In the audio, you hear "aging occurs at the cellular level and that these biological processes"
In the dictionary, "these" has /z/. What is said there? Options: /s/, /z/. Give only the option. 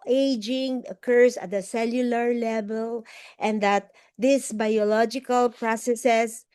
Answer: /s/